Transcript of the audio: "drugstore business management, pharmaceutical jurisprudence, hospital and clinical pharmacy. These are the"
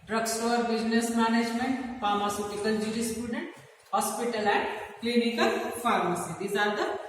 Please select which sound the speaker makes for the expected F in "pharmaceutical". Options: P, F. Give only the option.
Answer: P